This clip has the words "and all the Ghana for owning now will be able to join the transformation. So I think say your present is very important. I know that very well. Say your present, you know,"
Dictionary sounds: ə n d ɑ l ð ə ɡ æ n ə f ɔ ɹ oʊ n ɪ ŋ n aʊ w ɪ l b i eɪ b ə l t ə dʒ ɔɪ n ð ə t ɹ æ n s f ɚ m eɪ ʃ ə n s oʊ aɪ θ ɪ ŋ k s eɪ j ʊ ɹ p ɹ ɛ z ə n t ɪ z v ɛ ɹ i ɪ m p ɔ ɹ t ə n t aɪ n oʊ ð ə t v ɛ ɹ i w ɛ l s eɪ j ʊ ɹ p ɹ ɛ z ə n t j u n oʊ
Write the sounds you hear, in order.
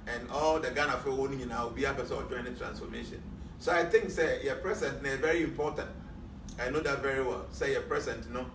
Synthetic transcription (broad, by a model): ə n ɑ l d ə ɡ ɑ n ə f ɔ w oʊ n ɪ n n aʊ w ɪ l b i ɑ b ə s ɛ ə dʒ ɔɪ n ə t ɹ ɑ n s f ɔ m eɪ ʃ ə n s oʊ aɪ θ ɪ ŋ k s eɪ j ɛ p ɹ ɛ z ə n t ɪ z v ɛ ɹ i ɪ m p ɔ t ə n t aɪ n oʊ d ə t v ɛ ɹ i w ɛ l s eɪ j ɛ p ɹ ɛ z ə n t n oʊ